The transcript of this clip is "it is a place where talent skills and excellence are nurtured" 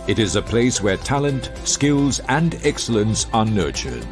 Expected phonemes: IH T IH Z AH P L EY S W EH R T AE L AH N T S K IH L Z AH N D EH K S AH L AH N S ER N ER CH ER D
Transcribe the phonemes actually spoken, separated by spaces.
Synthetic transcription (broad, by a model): IH T IH Z AH P L EY S W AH R T AE L AH N T S K IH L Z AH N D EH K S AH L AH N S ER N ER CH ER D